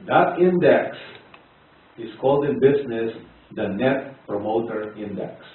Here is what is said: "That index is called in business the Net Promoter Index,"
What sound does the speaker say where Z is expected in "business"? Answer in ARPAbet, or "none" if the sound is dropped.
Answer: S